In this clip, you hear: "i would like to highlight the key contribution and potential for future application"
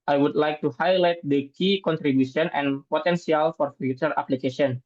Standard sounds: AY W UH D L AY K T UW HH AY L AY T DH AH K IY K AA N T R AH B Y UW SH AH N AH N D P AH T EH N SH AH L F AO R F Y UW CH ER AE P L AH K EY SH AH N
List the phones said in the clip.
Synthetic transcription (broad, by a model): AY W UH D L AY K T UW HH AY L AY T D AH K IY K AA N T R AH B Y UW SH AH N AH N P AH T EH N S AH L F AO R F Y UW CH ER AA P L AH K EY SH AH N